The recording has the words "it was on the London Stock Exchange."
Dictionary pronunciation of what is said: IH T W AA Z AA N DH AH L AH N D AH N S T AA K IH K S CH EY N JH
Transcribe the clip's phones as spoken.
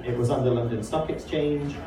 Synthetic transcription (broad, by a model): IH T W AA Z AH N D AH L AH N D AH N S T AA K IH K S CH EY N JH